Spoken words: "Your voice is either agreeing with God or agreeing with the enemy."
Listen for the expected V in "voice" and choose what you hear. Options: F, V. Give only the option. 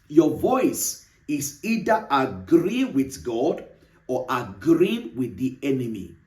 V